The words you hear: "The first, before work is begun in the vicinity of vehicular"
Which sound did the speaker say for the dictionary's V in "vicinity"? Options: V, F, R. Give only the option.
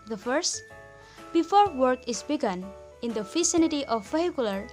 F